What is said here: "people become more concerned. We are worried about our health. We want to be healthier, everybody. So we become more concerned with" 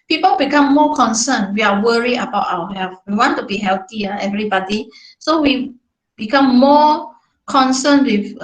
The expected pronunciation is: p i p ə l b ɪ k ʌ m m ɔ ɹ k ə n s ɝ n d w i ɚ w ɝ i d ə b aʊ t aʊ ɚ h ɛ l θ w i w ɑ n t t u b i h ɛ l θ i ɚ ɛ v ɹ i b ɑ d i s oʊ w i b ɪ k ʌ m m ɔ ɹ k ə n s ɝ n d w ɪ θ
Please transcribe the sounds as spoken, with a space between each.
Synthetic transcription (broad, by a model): p i p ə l b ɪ k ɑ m m ɔ k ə n s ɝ n w i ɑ w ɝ i ə b aʊ t aʊ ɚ h ɛ l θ w i w ɑ n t t u b i h ɛ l t i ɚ ɛ v ɹ i b ɑ d i s oʊ w i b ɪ k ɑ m m ɔ k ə n s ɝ n w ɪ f